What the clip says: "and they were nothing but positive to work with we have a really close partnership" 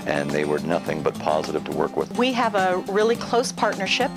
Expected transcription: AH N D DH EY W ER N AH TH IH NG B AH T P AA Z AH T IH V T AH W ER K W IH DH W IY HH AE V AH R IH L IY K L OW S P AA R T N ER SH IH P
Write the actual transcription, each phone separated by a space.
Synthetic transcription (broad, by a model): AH N DH EY W ER N AH TH IH NG B AH T P AA Z AH T IH V T AH W ER K W IH DH W IY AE V AH R IH L IY K L OW S P AA R T N ER SH IH P